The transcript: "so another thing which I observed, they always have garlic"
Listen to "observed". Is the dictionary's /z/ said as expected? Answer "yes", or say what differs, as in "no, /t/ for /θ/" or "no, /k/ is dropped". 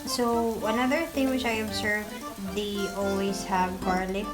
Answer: no, /s/ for /z/